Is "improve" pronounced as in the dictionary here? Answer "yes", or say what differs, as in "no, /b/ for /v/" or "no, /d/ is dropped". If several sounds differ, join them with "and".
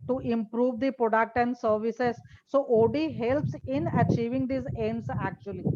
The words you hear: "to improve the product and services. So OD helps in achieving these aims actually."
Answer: yes